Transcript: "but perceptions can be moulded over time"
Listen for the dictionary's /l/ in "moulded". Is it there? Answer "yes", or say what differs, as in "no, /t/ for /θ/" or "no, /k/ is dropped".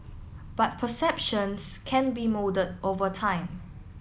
no, /l/ is dropped